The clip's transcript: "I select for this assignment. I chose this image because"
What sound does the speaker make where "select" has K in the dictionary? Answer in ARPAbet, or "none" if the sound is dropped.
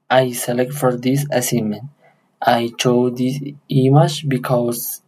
K